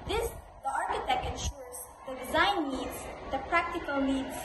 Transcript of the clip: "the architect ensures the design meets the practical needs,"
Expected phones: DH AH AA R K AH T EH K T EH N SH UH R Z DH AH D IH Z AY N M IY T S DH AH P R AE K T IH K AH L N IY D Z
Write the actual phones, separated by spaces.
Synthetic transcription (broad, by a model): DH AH AA R K AH T EH K T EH N SH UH R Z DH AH D IH Z AY N IY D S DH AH P R AE K T IH K AH L N IY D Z